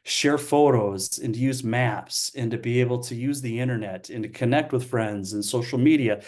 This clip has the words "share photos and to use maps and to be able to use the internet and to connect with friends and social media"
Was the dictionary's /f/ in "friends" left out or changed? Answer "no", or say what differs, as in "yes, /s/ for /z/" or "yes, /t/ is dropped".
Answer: no